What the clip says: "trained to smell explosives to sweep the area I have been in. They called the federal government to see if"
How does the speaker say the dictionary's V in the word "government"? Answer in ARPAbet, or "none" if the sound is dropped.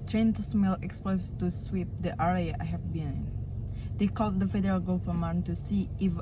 P